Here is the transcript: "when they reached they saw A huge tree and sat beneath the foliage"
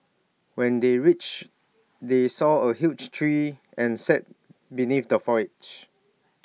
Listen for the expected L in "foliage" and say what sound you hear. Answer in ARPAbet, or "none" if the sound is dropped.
none